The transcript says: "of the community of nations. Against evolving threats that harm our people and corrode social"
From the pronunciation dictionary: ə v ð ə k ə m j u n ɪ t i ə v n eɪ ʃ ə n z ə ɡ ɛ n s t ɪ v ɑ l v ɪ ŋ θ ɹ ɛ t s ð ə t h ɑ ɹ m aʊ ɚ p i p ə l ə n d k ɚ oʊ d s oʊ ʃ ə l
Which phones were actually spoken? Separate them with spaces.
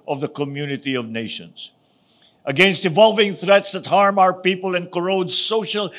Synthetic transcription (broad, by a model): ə v ð ə k ə m j u n ɪ t i ə v n eɪ ʃ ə n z ə ɡ ɛ n s t ɪ v ɑ l v ɪ ŋ θ ɹ ɛ t s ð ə t h ɑ ɹ m aʊ ɚ p i p ə l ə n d k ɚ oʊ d s oʊ ʃ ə l